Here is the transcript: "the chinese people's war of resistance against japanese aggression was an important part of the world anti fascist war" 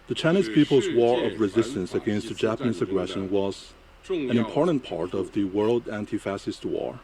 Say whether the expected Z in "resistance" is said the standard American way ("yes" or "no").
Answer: yes